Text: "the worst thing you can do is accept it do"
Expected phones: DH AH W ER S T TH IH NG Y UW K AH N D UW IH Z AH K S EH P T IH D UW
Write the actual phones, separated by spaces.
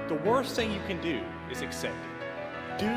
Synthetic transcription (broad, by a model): DH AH W ER S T TH IH NG Y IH K AH N D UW IH Z AH K S EH P T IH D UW